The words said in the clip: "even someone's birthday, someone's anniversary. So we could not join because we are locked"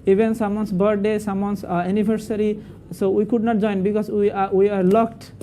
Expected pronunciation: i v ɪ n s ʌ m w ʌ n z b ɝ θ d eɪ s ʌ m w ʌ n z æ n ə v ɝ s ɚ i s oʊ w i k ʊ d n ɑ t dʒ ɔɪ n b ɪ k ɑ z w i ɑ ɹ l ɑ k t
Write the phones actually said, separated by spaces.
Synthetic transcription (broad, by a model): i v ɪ n s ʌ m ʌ n s b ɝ t d eɪ s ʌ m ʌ n s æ n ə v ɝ s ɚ i s oʊ w i k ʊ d n ɑ t dʒ ɔɪ n b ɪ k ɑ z w i ɑ ɹ l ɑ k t